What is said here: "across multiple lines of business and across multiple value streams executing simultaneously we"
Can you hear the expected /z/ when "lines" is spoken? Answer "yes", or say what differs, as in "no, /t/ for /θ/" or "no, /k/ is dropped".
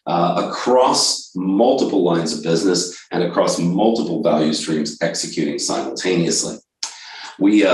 yes